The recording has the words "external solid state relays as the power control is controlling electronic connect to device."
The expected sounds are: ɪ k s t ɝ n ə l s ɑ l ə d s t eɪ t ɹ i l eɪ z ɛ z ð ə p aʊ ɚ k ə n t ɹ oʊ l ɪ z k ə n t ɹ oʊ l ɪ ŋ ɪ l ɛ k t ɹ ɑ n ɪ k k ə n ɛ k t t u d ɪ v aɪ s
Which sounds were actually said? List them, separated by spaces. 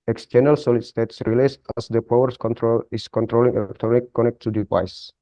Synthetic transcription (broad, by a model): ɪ k s t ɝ n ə l s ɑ l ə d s t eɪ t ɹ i l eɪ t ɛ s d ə p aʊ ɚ k ə n t ɹ oʊ l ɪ s k ə n t ɹ oʊ l ɪ ŋ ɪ l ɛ k t ɹ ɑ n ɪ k k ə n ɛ k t t u d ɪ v aɪ s